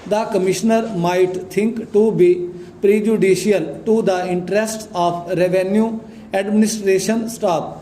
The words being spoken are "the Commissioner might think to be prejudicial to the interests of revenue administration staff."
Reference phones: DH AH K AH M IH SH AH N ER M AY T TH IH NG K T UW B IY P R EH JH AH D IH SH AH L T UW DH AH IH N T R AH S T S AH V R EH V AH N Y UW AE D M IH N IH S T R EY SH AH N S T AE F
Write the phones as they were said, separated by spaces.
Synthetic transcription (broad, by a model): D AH K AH M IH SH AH N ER M AY T T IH NG K T UW B IY P R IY JH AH D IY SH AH L T UW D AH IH N T R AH S T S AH P R EH V AH N Y UW AE D M IH N IH S T R EY SH AH N S T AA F